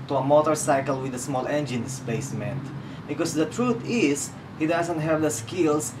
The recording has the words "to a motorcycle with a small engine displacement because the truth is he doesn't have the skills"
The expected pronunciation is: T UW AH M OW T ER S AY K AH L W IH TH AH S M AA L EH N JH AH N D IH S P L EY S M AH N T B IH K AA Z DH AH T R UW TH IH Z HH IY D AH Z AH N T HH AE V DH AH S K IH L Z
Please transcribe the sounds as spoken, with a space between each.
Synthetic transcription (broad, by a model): T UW AH M OW T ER S AY K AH L W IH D AH S M AA L EH N JH AH N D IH S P EY S M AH N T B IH K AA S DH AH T R UW T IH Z HH IY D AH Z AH N T HH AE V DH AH S K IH L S